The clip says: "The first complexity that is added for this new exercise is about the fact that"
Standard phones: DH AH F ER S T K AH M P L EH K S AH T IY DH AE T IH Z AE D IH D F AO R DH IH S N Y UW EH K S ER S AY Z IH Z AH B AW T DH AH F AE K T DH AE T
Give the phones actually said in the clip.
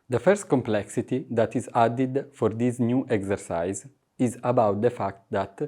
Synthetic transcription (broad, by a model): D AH F ER S T K AH M P L EH K S AH T IY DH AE T IH Z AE D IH D F AO R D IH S N Y UW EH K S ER S AY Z IH Z AH B AW T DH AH F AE K T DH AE T